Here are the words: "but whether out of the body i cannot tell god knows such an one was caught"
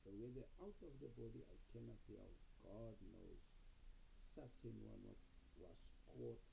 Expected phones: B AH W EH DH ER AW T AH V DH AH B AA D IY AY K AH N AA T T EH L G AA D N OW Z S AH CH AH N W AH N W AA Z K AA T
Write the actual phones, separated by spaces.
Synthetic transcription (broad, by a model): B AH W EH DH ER AW T AH V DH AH B AA D IY AY K AH N AA T S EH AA G AA D N OW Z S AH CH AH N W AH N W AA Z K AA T